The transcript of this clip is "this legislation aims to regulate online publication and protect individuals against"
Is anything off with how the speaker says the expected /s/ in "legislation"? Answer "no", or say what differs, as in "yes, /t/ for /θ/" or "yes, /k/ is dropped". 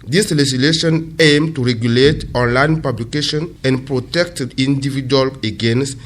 yes, /s/ is dropped